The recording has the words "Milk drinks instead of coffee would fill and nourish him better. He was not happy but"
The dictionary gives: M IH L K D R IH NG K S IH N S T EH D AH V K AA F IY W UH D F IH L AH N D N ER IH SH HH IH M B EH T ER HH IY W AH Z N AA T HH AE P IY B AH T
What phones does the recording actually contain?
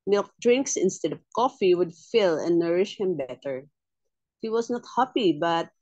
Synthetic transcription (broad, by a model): M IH L K D R IH NG K S IH N S T EH D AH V K AA F IY W UH D F IH L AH N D N ER IH SH HH IH M B EH T ER HH IY W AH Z N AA T HH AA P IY B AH T